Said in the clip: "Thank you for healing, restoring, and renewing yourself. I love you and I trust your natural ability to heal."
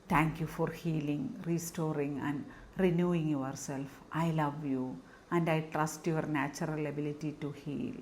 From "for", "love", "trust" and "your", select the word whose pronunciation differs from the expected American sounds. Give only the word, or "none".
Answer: none